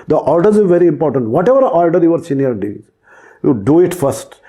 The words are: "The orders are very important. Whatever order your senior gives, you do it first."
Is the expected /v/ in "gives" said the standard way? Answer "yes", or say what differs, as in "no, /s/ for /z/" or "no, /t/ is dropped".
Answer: no, /v/ is dropped